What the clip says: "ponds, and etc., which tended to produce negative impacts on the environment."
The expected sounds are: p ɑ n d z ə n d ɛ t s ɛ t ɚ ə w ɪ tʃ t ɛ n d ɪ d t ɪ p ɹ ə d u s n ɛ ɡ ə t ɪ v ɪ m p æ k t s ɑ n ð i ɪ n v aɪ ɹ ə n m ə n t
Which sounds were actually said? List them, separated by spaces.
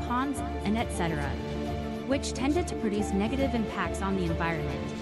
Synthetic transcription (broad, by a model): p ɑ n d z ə n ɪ t s ɛ t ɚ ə w ɪ tʃ t ɛ n d ɪ d t ɪ p ɹ ə d u s n ɛ ɡ ə t ɪ v ɪ m p æ k t s n ð i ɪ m v aɪ ɹ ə n m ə n t